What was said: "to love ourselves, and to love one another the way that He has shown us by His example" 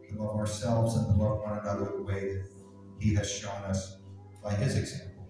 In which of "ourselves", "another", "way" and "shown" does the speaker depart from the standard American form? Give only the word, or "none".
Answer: none